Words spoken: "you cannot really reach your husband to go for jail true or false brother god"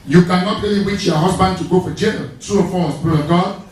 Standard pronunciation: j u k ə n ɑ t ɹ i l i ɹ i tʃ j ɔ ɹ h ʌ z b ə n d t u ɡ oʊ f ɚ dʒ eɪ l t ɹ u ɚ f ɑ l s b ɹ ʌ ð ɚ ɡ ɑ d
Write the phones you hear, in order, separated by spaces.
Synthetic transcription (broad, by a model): j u k ə n ɑ t ɹ i l i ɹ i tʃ j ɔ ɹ h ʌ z b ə n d t u ɡ oʊ f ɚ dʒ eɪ n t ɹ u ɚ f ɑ s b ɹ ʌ ɚ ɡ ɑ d